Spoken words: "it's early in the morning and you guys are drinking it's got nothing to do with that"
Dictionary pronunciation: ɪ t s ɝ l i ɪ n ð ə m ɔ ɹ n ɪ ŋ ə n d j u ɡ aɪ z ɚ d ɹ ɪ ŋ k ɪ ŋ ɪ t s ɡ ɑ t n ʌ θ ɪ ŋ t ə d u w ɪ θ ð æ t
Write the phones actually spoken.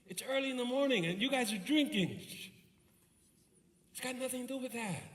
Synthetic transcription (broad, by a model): ɪ t s ɝ l i ɪ n ð ə m ɔ ɹ n ɪ ŋ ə n j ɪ ɡ aɪ z ɚ d ɹ ɪ ŋ k ɪ ŋ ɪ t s ɡ ɑ t n ʌ θ ɪ ŋ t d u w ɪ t ð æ t